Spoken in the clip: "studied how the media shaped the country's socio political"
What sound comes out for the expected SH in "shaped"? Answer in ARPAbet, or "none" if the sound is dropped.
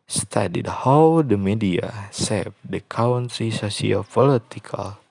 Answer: S